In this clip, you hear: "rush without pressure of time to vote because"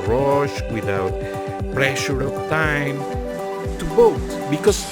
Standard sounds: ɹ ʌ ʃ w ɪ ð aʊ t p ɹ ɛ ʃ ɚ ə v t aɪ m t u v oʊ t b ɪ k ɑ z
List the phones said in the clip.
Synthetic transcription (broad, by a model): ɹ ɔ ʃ w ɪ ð aʊ t p ɹ ɛ ʃ ɚ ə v t aɪ m t u b oʊ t b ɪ k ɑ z